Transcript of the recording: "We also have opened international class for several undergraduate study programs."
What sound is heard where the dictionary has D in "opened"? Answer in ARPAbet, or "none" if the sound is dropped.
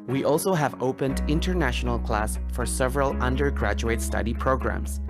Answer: D